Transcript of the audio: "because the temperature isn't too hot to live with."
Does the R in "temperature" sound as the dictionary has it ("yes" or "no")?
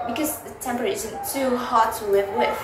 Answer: no